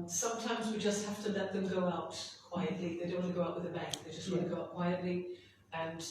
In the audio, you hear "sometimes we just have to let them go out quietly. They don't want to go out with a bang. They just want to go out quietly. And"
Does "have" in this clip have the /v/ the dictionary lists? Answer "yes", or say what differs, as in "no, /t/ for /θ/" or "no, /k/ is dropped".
no, /f/ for /v/